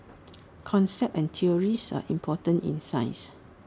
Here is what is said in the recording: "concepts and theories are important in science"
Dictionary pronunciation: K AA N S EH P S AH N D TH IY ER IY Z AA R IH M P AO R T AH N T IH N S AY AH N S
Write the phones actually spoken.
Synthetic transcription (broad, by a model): K AA N S EH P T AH N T IY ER IY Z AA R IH M P AO T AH N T IH N S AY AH S